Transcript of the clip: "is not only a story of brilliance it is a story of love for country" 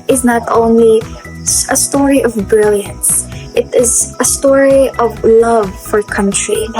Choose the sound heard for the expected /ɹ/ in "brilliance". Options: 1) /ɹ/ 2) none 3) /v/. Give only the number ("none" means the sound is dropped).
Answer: 1